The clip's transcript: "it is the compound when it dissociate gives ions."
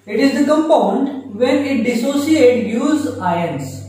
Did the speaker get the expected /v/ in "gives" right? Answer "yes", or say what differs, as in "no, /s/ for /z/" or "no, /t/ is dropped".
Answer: no, /v/ is dropped